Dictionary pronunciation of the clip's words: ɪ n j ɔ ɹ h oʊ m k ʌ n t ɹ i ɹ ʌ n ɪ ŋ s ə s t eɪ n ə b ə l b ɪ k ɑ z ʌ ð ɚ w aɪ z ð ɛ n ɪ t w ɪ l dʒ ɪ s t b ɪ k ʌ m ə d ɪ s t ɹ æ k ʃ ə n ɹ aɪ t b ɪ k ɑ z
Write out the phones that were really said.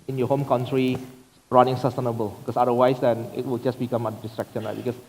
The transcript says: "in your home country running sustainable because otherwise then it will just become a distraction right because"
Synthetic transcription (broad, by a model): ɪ n j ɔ h oʊ m k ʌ n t ɹ i ɹ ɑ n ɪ ŋ s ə s t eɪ n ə b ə l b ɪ k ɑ s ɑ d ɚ w aɪ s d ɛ n ɪ t w ɪ l dʒ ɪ s b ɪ k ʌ m ə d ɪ s t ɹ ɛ k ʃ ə n l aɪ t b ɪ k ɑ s